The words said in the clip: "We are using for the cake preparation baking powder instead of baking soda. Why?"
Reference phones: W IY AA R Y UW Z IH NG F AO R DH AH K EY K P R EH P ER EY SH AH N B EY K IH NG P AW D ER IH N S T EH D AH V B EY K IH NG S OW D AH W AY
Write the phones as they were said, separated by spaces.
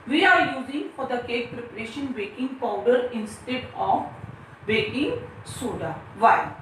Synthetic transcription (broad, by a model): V IY AA R Y UW Z IH NG F AO R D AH K EY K P R EH P ER EY SH AH N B EY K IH NG P AW D ER IH N S T EH D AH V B EY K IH NG S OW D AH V AY